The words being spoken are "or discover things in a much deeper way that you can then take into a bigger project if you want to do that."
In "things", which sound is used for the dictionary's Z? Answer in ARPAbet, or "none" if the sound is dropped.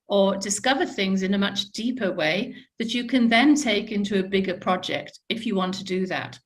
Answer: Z